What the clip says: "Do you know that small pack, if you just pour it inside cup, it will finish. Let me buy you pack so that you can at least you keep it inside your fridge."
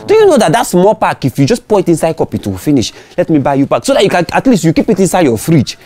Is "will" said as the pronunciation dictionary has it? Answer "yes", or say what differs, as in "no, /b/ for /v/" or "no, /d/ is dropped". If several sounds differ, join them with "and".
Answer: no, /w/ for /l/